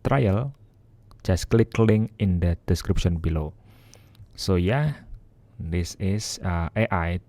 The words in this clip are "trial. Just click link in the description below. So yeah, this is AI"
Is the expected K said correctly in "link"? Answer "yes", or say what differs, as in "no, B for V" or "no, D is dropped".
no, K is dropped